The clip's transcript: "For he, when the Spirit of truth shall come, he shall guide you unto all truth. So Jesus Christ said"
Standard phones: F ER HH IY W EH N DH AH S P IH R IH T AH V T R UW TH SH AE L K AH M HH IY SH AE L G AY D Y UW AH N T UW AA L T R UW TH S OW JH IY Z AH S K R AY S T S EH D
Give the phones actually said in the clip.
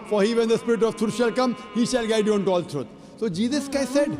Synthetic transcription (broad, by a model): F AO HH IY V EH N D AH S P IH R IH T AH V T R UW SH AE L K AH M HH IY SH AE L G AY D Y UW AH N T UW AA L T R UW T S OW JH IY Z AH S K AY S S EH D